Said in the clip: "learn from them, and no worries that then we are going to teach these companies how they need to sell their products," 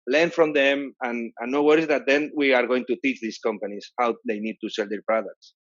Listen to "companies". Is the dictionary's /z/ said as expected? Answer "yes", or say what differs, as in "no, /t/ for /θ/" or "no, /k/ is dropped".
no, /s/ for /z/